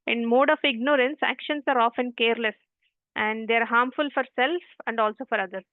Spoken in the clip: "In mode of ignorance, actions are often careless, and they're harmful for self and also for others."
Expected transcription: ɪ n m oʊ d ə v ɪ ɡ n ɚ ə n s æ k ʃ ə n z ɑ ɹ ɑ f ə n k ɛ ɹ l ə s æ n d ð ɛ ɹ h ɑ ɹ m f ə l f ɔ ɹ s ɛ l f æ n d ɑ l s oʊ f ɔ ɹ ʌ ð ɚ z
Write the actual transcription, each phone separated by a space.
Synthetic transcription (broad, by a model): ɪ n m oʊ d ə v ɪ ɡ n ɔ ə n s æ k ʃ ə n s ɑ ɹ ɑ f ə n k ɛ ɹ l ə s æ n d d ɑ ɹ h ɑ ɹ m f ə l f ɔ ɹ s ɛ l f æ n d ɑ l s oʊ f ɔ ɹ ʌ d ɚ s